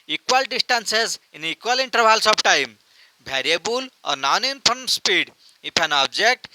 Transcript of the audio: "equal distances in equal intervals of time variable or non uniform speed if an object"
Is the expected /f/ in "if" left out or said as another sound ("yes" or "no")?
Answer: yes